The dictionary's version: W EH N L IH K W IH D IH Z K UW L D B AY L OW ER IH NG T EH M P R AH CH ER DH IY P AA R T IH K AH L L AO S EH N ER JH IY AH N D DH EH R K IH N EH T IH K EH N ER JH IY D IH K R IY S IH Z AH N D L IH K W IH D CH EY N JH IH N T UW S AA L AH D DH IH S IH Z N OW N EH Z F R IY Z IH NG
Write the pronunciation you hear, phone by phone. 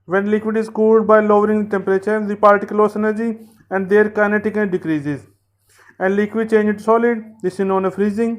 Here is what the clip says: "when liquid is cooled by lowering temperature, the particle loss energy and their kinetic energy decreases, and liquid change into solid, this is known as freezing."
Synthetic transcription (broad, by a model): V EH N L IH K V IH D IH Z K UW L D B AY L OW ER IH NG T EH M P R AH CH ER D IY P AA R T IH K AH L L AO S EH N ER JH IY AH N D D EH R K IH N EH T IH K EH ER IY D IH K R IY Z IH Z AH N D L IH K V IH D CH EY N JH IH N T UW S AA L AH D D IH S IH N OW N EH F R IY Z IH NG